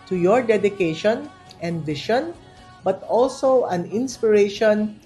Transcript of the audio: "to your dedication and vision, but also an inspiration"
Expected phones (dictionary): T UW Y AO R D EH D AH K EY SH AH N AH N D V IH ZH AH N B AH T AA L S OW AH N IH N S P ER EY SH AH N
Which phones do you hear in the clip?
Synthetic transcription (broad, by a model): T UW Y AO R D EH D AH K EY SH AH N AH N D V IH SH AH N B AH T AA L S OW AH N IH N S P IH EY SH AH N